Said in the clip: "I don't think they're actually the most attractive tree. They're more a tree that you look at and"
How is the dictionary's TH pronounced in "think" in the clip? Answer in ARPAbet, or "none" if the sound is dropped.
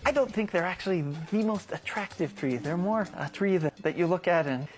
TH